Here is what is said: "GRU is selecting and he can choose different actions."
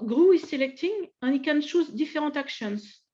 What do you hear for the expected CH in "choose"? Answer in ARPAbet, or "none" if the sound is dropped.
SH